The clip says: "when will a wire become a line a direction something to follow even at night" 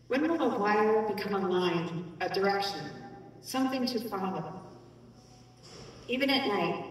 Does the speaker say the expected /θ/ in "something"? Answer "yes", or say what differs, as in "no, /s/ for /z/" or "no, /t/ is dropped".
yes